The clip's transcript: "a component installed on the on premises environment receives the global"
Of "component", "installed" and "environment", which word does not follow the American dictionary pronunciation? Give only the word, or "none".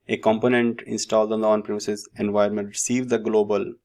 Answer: environment